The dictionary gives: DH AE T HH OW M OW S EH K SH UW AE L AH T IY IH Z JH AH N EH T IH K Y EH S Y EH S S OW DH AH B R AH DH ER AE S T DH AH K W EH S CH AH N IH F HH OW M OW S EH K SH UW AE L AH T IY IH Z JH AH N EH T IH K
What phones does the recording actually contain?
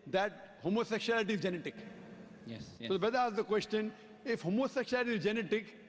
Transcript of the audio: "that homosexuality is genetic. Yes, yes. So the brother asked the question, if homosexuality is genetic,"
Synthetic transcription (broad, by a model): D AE T HH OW M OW S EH K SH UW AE L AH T IY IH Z JH AH N EH T IH K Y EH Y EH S S OW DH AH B AH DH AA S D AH K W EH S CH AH N IH F HH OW M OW S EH K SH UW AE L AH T IY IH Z JH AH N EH T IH K